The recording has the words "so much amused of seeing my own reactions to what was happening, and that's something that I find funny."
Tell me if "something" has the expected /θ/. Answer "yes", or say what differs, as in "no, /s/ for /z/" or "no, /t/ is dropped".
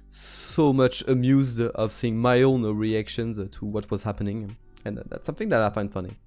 yes